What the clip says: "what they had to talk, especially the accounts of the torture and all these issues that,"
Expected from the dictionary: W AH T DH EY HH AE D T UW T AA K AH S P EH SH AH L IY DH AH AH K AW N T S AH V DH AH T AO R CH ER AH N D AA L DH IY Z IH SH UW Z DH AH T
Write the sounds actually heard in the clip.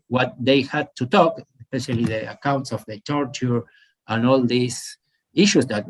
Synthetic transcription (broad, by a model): W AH T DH EY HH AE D T UW T AA K AH S P EH SH AH L IY DH AH AH K AW N T S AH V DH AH T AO R CH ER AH N AA L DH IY S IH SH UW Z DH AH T